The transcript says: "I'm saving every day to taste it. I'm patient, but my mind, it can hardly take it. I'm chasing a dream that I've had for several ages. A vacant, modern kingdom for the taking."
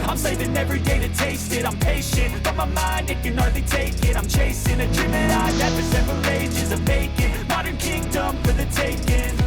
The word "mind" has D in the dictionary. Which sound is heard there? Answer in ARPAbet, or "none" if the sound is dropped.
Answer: D